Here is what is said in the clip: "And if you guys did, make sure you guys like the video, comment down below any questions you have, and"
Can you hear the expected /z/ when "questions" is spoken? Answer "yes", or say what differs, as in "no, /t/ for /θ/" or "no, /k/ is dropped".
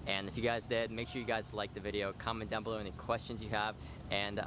yes